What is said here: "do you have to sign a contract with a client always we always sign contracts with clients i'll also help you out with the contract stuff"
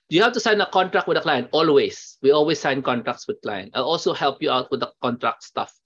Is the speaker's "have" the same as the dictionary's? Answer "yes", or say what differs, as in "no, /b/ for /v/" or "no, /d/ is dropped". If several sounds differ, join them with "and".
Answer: no, /f/ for /v/